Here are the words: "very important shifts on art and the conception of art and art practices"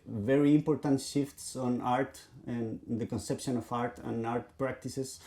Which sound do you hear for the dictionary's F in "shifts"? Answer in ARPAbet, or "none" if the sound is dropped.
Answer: F